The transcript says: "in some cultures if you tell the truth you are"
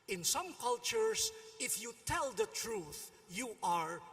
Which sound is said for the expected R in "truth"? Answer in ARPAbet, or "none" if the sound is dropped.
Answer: R